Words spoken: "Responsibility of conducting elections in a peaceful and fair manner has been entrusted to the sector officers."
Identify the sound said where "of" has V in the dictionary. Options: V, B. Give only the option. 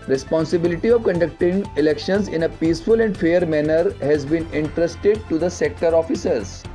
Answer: V